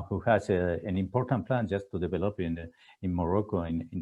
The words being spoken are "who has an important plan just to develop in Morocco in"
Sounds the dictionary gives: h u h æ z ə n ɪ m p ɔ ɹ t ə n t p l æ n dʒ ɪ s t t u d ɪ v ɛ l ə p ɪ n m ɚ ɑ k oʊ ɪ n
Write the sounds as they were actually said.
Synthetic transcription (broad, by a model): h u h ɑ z ə n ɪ m p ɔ ɹ t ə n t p l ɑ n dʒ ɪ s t t u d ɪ b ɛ l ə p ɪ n m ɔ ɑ k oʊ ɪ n